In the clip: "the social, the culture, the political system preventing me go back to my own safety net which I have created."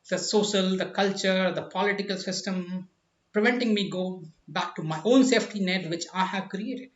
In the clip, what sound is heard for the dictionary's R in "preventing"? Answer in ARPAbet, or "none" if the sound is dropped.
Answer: R